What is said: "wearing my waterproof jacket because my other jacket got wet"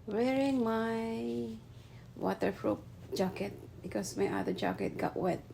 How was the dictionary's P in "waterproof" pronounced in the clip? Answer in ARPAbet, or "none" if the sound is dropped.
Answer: F